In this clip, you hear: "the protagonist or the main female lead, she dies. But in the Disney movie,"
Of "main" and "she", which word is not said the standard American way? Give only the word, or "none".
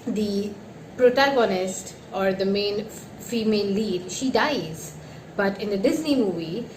none